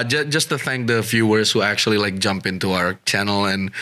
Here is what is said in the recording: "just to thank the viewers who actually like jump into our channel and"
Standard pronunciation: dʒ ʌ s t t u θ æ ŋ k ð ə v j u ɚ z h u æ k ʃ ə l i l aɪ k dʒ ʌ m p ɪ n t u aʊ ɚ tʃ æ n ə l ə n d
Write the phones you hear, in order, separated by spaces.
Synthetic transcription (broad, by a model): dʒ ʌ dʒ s t u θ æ ŋ k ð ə f j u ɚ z h u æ k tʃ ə l i l aɪ k dʒ ʌ m p ɪ n t u aʊ ɚ tʃ æ n ə l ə n